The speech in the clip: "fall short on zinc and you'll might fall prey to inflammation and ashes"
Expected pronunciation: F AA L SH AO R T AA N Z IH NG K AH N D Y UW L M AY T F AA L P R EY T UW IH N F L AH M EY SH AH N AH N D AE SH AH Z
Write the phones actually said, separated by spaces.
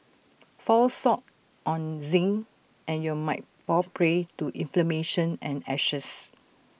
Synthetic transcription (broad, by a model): F AA L S AO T T AA N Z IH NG AH N Y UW M AY T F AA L P R EY T UW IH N F L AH M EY SH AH N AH N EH SH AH S